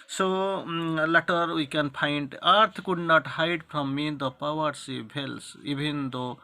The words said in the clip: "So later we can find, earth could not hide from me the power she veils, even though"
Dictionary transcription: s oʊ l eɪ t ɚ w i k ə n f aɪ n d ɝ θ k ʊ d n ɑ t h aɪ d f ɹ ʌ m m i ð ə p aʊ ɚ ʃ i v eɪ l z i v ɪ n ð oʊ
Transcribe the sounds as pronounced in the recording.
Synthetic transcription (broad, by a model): s oʊ l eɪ t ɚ w i k ə n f aɪ n d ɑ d k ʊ d n ɑ t h aɪ d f ɹ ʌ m m i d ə p aʊ ɚ s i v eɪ l s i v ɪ n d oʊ